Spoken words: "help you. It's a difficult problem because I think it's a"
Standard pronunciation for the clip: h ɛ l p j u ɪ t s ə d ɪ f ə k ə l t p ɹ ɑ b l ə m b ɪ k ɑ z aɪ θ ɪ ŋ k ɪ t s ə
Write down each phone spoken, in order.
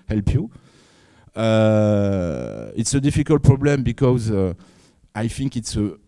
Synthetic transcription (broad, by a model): h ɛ l p j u ɪ t s ə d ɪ f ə k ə l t p ɹ ɑ b l ə m b ɪ k ɑ z aɪ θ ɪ ŋ k ɪ t s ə